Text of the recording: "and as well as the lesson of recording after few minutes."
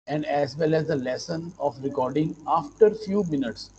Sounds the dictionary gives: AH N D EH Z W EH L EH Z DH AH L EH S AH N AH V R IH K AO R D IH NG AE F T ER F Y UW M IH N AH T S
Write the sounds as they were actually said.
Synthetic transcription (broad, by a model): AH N D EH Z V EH L EH Z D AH L EH S AH N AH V R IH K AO R D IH NG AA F T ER F Y UW M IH N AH T S